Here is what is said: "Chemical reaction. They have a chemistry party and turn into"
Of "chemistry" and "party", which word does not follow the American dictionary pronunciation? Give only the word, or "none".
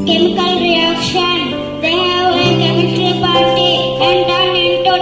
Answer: chemistry